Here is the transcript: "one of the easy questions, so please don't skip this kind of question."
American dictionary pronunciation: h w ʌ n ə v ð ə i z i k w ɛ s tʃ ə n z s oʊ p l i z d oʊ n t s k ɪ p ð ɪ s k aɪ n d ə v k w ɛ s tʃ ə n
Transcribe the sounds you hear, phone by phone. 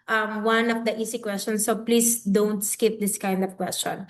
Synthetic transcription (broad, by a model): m w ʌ n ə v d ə i s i k w ɛ s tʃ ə n s oʊ p l i s d oʊ n t s k ɪ p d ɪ s k aɪ n d ə v k w ɛ s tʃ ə n